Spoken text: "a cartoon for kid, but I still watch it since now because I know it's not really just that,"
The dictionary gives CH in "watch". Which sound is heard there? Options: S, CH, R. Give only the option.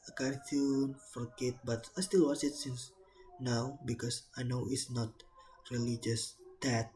S